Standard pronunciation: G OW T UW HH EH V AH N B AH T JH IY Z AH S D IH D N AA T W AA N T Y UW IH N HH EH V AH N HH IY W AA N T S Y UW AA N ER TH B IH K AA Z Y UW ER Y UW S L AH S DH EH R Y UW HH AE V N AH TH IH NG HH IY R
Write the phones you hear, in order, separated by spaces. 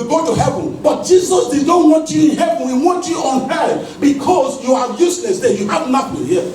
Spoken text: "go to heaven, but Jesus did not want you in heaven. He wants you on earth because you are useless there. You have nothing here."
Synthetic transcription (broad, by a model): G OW T UW HH EH V AH N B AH T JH IY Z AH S D IH D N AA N W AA N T Y UW IH N HH EH V AH N HH IY W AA N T Y UW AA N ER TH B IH K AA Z Y UW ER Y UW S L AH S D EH Y UW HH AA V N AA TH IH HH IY